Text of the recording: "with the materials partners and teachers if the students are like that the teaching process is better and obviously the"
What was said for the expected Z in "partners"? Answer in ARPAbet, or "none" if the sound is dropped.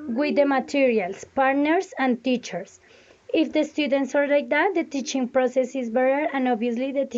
S